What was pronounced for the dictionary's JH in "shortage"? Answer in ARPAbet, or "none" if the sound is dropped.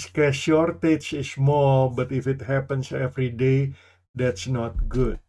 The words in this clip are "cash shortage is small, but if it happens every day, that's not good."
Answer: CH